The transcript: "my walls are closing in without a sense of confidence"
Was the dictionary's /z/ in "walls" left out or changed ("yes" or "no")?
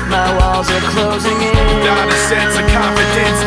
no